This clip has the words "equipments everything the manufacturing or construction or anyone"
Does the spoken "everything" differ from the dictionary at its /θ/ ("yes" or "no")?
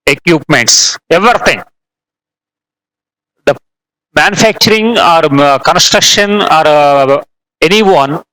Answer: yes